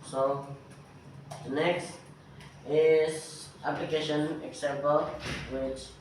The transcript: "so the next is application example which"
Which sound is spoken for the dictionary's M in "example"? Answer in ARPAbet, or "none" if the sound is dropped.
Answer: none